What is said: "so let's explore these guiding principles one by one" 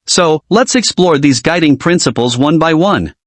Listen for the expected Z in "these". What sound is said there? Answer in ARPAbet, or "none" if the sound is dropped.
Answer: Z